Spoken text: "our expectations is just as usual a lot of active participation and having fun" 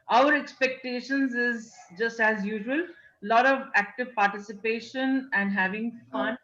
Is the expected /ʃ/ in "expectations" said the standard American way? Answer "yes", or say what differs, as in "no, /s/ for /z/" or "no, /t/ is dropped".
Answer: yes